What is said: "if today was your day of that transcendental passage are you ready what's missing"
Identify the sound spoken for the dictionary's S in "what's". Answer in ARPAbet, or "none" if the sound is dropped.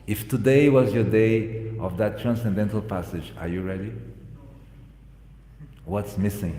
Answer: S